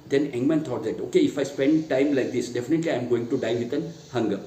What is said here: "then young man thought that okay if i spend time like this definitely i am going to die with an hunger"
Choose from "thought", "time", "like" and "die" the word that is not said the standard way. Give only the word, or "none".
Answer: thought